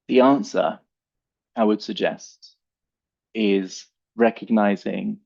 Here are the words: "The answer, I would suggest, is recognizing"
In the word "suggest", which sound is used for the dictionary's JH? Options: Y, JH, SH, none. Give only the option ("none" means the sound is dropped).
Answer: JH